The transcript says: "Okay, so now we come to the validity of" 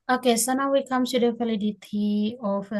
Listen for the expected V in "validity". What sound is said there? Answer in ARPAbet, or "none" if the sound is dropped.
F